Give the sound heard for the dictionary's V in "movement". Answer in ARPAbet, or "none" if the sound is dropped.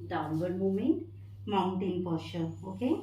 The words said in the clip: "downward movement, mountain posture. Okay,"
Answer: none